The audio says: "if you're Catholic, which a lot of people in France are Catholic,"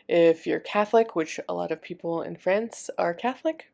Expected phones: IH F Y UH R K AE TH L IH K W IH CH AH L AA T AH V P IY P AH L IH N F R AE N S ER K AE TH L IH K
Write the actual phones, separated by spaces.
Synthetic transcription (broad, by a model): IH F Y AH R K AE TH L IH K W IH CH AH L AA T AH V P IY P L IH N F R AE N S ER K AE TH L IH K